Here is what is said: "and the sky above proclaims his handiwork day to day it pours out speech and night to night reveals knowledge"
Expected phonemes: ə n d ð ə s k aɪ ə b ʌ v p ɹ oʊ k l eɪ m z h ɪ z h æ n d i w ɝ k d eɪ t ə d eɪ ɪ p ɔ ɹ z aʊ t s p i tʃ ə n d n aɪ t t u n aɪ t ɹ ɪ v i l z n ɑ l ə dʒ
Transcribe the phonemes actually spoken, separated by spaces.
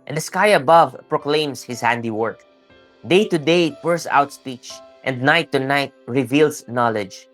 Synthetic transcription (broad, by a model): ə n d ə s k aɪ ə b ʌ v p ɹ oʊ k l eɪ m s h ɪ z h æ n d i w ɝ k d eɪ t ə d eɪ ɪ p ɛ ɹ s aʊ t s p i tʃ ə n d n aɪ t t u n aɪ t ɹ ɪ v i l s n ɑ l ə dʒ